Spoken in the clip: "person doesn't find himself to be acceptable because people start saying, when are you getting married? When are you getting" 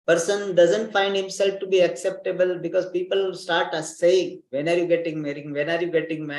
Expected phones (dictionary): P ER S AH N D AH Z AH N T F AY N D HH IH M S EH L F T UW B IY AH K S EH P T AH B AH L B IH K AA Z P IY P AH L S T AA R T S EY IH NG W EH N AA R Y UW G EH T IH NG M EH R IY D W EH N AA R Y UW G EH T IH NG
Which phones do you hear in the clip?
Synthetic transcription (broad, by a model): P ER S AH N D AH Z AH N T F AY N D HH IH M S EH L F T UW B IY AH K S EH P T AH B AH L B IH K AA Z P IY P AH L S T AA R T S EY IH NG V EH N AA R Y UW G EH T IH NG M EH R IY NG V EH N AA R Y UW G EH T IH NG